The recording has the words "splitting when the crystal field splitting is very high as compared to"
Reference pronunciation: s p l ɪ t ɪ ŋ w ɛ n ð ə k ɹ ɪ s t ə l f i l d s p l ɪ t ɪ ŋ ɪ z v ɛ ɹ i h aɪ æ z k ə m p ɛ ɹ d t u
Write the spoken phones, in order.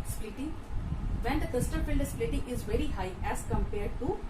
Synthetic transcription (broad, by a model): s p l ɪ t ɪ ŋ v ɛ n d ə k ɪ s t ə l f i l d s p l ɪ t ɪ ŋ ɪ z v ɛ ɹ i h aɪ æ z k ə m p ɛ ɹ d t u